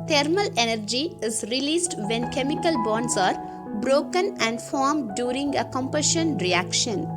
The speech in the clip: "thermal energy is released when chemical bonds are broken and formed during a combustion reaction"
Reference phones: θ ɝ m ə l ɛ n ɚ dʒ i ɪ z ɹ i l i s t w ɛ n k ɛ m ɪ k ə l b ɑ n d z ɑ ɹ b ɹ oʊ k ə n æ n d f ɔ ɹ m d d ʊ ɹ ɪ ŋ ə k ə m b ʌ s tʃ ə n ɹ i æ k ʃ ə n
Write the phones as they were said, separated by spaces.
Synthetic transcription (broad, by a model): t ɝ m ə l ɛ n ɚ dʒ i ɪ z ɹ i l i s t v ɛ n k ɛ m ɪ k ə l b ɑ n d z ɑ ɹ b ɹ oʊ k ə n æ n d f ɔ ɹ m d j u ɹ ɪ ŋ ə k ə m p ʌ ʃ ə n ɹ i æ k ʃ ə n